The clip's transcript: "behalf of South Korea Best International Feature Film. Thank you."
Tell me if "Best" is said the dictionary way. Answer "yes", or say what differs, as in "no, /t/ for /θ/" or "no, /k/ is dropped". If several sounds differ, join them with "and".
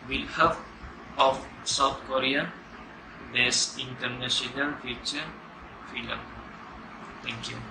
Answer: no, /t/ is dropped